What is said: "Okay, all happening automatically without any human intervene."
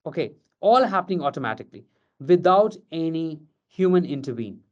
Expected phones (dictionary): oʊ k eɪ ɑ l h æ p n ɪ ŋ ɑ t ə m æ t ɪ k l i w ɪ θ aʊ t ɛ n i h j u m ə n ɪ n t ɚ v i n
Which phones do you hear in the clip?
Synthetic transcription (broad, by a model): oʊ k eɪ ɑ l h æ p n ɪ ŋ ɑ t ə m æ t ɪ k l i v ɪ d aʊ t ɛ n i h j u m ə n ɪ n t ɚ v i n